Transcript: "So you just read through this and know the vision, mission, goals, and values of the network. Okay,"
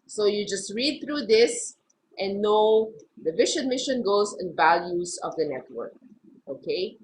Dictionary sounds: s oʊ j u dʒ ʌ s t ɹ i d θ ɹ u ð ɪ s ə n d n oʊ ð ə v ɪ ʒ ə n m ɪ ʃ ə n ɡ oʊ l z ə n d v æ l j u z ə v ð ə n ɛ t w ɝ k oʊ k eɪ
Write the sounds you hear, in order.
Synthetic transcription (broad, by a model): s oʊ j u dʒ ʌ s t ɹ i d θ ɹ u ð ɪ s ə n n oʊ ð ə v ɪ ʃ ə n m ɪ ʃ ə n ɡ oʊ z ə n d v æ l j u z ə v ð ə n ɛ t w ɝ k oʊ k eɪ